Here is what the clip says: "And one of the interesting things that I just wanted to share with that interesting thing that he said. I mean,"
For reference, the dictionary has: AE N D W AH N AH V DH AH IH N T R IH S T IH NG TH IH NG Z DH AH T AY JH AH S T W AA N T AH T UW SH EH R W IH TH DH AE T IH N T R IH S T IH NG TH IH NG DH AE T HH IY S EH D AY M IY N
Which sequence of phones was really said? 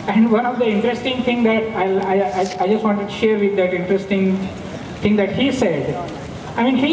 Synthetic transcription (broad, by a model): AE N D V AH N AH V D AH IH N T R IH S T IH NG T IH NG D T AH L AY JH AH S T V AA N T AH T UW SH EH R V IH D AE T IH N T R IH S T IH NG T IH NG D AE T HH IY S EH D AY M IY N